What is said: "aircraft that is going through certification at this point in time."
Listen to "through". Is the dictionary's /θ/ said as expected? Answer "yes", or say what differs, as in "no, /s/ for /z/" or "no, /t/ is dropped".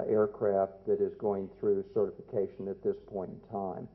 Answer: yes